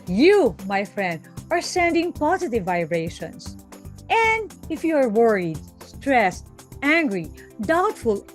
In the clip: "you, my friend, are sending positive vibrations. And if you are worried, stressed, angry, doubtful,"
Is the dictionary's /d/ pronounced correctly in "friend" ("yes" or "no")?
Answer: yes